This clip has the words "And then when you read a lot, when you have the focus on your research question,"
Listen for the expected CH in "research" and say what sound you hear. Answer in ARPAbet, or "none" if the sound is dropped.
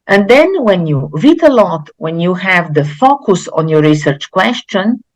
CH